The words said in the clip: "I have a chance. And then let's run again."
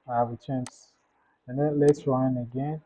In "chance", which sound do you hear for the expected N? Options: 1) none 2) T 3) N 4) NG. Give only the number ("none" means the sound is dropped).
3